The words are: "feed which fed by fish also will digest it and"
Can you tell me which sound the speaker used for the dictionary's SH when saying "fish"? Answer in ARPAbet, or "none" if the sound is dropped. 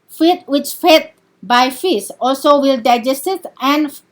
S